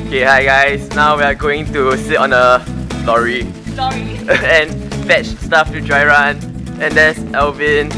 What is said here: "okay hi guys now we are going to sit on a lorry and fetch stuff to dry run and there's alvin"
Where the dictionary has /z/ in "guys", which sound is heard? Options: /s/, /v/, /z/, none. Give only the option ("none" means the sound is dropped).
/s/